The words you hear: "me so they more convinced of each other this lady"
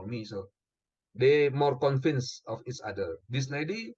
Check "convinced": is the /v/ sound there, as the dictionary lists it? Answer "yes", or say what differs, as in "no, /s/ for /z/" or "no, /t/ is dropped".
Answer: no, /f/ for /v/